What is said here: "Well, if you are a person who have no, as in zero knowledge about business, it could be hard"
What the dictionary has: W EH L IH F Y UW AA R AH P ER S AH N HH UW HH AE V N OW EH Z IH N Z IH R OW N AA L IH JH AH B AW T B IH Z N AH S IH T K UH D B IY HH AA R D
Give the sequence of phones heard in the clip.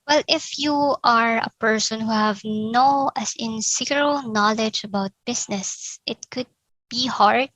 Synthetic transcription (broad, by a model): W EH L IH F Y UW AA R AH P ER S AH N HH UW HH AE V N OW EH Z IH N S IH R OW N AA L IH JH AH B AW T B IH S N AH S IH T K UH D B IY HH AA R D